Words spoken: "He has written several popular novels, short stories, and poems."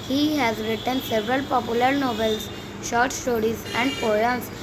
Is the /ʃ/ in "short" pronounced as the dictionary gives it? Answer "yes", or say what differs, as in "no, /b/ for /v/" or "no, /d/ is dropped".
yes